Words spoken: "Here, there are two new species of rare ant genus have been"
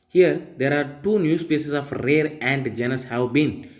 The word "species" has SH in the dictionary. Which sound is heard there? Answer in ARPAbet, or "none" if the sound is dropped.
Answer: S